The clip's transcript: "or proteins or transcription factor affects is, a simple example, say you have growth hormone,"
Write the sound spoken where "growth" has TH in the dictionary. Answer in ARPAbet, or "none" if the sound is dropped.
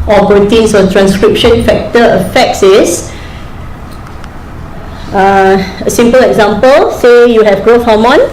F